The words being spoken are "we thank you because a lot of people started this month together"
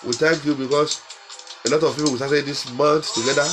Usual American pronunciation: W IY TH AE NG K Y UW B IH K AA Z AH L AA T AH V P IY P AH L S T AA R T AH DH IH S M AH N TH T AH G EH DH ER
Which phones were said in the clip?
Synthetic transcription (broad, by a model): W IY T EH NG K Y UW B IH K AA S AH L AA T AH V P IY P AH W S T AA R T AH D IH S M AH N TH T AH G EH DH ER